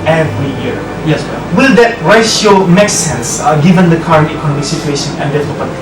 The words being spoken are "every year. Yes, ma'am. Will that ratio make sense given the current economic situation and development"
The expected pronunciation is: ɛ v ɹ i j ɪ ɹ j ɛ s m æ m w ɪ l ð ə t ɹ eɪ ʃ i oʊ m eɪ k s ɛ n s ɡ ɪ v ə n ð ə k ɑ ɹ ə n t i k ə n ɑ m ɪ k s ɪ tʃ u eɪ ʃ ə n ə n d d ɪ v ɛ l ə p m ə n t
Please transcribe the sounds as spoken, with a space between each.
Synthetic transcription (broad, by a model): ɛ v ɹ i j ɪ ɹ j ɛ s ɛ w ɪ l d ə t ɹ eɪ i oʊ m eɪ k s ɛ n s ɡ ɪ v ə n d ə k ɑ ɹ ə n t i k ə n ɑ m ɪ k s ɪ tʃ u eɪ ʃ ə n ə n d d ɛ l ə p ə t